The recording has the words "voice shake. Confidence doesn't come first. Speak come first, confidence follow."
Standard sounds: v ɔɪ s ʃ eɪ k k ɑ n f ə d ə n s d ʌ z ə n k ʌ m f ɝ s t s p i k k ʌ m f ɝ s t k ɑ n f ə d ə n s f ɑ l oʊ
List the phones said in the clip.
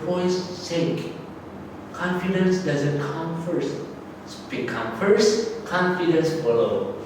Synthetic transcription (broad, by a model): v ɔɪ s s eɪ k k ɑ n f ə d ə n s d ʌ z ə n k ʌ m f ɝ s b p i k k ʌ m f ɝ s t k ɑ n f ə d ə n s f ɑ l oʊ